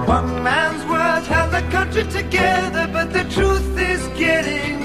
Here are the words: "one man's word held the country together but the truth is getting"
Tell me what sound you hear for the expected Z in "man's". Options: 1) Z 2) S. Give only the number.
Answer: 1